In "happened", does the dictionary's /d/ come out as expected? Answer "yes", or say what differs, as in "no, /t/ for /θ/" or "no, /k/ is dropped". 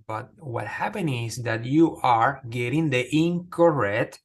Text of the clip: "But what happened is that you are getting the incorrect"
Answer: no, /d/ is dropped